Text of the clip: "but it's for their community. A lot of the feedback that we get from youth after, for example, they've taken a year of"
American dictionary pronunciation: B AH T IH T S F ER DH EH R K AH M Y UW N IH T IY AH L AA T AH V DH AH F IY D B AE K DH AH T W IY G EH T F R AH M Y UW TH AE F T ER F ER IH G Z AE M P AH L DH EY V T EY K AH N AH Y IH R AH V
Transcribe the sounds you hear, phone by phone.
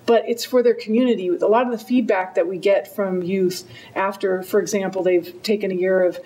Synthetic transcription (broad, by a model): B AH T IH T S F ER DH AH R K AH M Y UW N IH T IY AH L AA T AH V DH AH F IY D B AE K DH AH T W IY G EH T F R AH M Y UW TH AE F T ER F ER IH G Z AE M P L DH EY V T EY K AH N AH Y IH R AH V